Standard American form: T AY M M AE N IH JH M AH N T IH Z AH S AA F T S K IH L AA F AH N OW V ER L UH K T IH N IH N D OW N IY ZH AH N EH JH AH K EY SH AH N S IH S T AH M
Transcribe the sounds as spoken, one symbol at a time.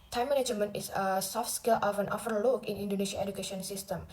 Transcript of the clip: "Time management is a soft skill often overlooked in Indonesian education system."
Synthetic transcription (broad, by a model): T AY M M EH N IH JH M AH N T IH S AH S AA F T S K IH L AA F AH N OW F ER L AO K IH N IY N D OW N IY SH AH EH JH AH K EY SH AH N S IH S T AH M